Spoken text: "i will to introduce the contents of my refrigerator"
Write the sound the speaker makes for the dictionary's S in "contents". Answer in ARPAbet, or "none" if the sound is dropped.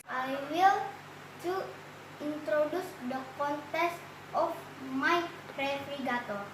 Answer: none